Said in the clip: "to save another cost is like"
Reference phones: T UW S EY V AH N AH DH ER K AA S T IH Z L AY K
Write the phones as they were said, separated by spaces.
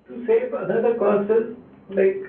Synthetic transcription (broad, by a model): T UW S EY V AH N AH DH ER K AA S IH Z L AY K